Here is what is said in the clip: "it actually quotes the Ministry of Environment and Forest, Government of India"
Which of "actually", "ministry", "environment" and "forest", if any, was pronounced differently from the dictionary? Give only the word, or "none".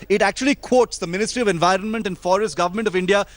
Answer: none